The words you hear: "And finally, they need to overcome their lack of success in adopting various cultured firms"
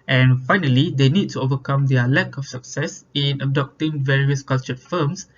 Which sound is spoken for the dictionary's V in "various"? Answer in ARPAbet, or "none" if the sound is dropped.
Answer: V